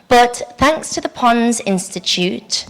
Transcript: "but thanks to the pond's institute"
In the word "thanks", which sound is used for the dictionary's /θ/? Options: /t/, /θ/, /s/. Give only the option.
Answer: /θ/